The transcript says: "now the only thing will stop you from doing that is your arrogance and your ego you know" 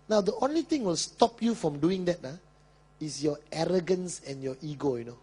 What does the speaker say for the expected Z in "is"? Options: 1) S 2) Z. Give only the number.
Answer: 1